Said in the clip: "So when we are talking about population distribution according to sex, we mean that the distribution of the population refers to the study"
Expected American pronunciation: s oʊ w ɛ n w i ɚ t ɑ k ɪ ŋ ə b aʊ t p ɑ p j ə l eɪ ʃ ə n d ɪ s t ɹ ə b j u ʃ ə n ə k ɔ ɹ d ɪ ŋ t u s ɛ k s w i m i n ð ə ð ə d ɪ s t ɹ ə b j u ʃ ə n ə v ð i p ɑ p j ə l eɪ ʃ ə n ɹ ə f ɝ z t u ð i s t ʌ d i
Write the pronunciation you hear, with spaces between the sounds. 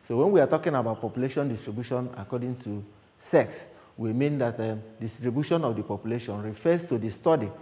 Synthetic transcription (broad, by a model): s oʊ w ɛ n w i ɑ t ɑ k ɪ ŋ ə b aʊ t p ɑ p j ə l eɪ ʃ ə n d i s t ɹ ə b j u ʃ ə n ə k ɔ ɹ d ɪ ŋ t u s ɛ k s w i m i n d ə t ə d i s t ɹ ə b j u ʃ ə n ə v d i p ɑ p j ə l eɪ ʃ ə n ɹ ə f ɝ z t u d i s t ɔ d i